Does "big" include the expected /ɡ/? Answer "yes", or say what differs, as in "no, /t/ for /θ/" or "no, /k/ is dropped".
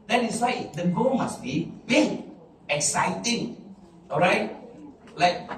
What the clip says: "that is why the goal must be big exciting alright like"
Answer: no, /ɡ/ is dropped